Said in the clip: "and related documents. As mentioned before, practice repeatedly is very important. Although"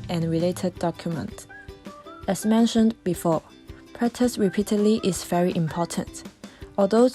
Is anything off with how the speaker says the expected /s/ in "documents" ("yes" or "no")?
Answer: yes